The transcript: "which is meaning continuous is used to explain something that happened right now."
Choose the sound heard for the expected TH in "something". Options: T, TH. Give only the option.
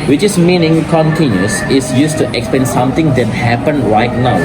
T